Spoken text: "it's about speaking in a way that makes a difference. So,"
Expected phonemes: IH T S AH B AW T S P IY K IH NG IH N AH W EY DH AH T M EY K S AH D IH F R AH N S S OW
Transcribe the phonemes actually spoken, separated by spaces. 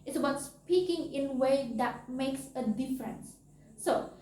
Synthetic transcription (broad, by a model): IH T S AH B AW T S P IY K IH NG IH N W EY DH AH T M EY K S AH D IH F R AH N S S OW